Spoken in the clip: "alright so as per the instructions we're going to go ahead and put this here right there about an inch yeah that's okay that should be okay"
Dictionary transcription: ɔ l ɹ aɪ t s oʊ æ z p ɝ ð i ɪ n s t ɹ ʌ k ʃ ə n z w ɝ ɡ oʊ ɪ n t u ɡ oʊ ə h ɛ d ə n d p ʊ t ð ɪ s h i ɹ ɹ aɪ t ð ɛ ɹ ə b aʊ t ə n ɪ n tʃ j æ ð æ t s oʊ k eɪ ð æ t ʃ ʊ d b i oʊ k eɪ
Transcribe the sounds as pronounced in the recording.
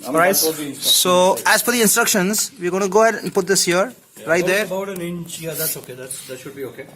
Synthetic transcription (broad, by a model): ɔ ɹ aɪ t s oʊ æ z f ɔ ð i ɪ n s t ɹ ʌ k ʃ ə n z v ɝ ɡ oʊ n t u ɡ oʊ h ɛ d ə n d p ʊ t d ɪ s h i ɹ ɹ aɪ t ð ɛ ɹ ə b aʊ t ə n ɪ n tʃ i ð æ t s oʊ k eɪ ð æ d ʃ ʊ d b i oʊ k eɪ